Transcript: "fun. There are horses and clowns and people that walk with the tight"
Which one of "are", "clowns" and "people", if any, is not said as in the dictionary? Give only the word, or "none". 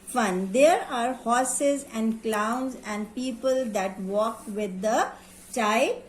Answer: none